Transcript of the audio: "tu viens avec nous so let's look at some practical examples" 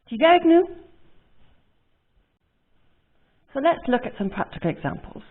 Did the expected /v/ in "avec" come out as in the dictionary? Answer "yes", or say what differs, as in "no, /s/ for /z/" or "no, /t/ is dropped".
no, /v/ is dropped